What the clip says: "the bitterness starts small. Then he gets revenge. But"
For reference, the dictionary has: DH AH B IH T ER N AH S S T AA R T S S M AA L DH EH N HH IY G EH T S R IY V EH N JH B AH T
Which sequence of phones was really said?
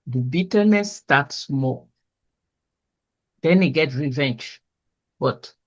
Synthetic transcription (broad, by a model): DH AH B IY T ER N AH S S T AA T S S M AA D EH N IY G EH T R IY V EH N JH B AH T